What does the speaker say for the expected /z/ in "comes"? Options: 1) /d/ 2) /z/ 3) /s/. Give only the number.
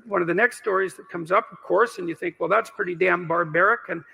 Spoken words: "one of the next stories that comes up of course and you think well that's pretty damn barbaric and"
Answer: 2